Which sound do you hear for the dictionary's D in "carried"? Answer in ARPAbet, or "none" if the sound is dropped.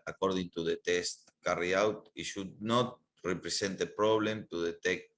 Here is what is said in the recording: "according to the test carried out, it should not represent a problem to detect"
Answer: none